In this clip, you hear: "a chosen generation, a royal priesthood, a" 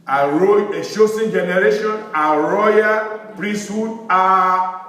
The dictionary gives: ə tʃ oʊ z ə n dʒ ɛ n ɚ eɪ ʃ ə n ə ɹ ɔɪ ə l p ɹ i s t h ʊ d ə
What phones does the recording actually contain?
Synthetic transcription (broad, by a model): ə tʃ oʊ s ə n dʒ ɛ n ɚ eɪ ʃ ə n ə ɹ ɔɪ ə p ɹ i s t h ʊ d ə